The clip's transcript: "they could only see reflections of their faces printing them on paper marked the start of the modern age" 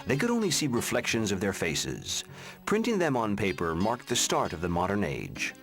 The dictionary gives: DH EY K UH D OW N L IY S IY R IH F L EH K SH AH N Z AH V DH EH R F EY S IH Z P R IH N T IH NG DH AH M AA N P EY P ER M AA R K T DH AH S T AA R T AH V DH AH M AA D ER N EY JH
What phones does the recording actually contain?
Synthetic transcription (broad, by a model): DH EY K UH D OW N L IY S IY R IH F L EH K SH AH N Z AH V DH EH R F EY S IH Z P R IH N T IH NG DH AH M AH N P EY P ER M AA R K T DH AH S T AA R T AH V DH AH M AA D ER N EY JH